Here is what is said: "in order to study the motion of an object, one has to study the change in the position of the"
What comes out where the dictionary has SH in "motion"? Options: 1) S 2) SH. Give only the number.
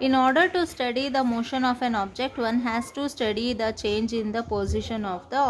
2